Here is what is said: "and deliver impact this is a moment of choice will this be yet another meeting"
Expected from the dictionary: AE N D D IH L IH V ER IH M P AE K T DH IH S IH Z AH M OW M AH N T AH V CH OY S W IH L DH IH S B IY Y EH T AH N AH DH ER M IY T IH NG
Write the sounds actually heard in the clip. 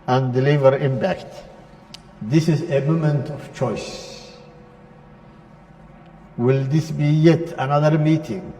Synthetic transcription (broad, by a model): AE N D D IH L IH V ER IH M P AE K T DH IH S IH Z AH M OW M AH N T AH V CH OY S W IH L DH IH S B IY Y EH T AH N AH DH ER M IY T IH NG